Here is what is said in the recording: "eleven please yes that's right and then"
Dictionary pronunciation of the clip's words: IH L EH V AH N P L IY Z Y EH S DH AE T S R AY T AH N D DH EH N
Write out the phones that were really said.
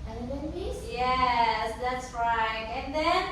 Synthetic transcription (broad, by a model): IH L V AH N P IY S Y EH S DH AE T S R AY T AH N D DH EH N